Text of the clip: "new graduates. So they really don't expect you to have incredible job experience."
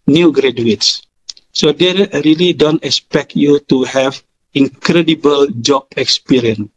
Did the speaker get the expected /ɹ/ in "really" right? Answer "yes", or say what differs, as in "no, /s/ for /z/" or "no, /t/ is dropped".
yes